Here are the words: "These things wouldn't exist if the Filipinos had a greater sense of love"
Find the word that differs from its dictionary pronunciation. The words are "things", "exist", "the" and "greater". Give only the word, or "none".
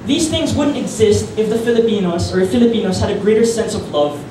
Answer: none